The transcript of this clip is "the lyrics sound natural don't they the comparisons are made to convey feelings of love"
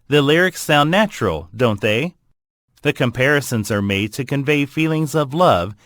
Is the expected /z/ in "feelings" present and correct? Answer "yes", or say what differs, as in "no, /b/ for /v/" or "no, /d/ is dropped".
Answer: yes